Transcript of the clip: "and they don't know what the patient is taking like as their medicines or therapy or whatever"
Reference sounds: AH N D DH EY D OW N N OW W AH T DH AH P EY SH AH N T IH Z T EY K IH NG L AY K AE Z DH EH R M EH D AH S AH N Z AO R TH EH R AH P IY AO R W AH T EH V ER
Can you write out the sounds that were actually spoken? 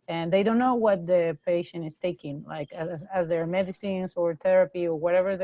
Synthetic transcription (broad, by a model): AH N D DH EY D OW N N OW W AH T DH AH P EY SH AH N IH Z T EY K IH NG L AY K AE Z DH EH R M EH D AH S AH N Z AO R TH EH R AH P IY AO R W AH T EH V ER